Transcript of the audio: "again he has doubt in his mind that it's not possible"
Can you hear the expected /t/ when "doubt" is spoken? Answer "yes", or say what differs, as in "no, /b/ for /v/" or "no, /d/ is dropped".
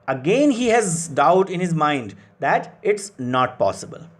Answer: yes